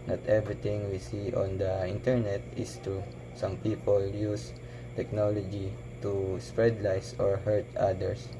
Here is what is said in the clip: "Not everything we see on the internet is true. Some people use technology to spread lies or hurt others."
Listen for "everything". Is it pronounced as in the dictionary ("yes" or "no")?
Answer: no